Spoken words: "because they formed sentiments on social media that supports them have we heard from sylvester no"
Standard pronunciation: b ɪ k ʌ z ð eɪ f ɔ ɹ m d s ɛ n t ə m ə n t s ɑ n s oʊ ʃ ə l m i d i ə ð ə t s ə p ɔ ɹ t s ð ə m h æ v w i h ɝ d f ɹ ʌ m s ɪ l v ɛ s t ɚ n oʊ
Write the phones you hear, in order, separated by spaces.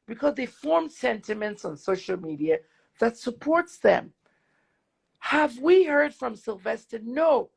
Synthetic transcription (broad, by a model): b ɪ k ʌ z ð eɪ f ɔ ɹ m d s ɛ n t ə m ə n t s n s oʊ ʃ l m i d i ə ð ə t s ə p ɔ ɹ t s ð ə m h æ v w i h ɝ d f ɹ ʌ m s ɪ l v ɛ s t ɚ n oʊ